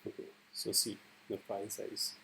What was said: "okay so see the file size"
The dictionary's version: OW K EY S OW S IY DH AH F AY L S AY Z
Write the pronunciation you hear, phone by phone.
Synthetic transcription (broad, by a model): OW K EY S OW S IY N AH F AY N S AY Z